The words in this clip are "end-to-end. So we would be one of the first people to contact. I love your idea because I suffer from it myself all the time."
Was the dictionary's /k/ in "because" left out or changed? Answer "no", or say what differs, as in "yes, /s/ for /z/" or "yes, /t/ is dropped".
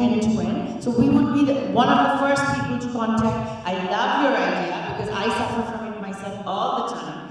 no